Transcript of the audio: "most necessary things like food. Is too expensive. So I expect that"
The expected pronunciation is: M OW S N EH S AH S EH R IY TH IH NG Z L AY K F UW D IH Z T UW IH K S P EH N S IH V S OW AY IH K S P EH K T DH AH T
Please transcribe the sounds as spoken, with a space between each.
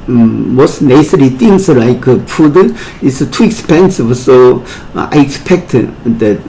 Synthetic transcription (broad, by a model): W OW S N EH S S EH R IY T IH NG S L AY K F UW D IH S T UW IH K S P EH N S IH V S OW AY IH K S P EH K T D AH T